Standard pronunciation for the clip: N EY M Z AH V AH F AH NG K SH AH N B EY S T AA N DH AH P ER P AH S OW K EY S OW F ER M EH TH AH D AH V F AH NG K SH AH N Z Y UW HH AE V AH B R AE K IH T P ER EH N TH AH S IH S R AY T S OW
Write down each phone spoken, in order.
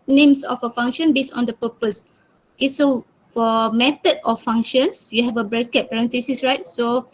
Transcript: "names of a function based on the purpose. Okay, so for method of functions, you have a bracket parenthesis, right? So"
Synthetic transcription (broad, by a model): N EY M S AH F AH F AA NG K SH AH N B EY S AA N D AH P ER P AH S OW K EY S OW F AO M EH T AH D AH F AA NG K SH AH N S Y UW HH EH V AH B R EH K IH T P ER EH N T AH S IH S R AY T S OW